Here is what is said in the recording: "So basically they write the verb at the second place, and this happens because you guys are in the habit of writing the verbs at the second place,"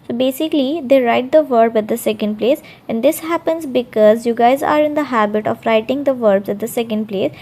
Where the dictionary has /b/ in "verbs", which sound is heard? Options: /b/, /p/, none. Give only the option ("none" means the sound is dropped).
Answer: /b/